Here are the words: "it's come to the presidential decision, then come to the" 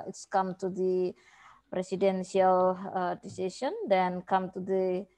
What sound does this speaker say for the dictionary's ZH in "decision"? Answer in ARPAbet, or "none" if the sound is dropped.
S